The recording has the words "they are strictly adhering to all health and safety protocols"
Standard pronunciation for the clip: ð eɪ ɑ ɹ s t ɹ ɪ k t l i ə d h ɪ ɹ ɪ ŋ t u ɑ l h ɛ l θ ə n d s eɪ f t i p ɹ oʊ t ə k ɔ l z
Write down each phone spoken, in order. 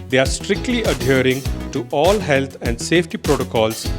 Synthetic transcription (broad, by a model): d eɪ ɑ ɹ s t ɹ ɪ k t l i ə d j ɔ ɹ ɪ ŋ t u ɑ l h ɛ l t ə n d s eɪ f t i p ɹ oʊ t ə k ɔ l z